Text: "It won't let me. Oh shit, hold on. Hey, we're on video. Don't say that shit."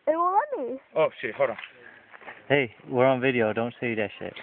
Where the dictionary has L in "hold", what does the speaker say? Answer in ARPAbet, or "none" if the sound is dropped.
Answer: none